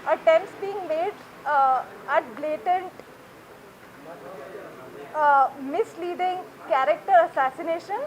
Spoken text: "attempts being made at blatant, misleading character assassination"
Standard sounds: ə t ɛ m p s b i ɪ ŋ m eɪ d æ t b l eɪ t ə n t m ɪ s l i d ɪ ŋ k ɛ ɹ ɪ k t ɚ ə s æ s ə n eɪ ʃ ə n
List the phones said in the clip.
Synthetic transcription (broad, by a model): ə t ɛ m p s b i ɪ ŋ m eɪ d æ t b l eɪ t ə n t m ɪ s l i d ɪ ŋ k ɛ ɹ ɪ k t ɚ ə s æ s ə n eɪ ʃ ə n